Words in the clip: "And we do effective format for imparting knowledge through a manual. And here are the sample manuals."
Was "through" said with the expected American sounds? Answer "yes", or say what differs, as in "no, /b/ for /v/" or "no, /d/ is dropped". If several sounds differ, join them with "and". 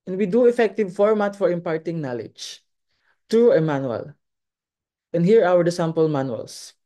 no, /t/ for /θ/